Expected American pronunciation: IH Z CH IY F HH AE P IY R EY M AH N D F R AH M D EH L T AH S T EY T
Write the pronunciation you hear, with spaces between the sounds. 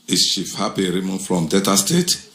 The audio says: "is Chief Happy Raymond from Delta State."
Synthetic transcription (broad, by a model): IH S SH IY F HH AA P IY R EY M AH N F R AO M D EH T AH S T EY T